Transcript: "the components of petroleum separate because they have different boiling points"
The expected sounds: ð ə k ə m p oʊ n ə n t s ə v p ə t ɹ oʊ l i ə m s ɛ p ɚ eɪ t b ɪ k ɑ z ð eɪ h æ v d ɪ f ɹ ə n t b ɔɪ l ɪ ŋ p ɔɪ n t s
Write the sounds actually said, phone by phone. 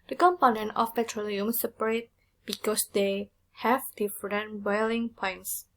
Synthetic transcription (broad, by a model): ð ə k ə m p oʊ n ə n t ə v p ə t ɹ oʊ l i ə m s ɛ p ɚ eɪ t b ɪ k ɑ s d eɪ h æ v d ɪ f ɹ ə n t b ɔɪ l ɪ ŋ p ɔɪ n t s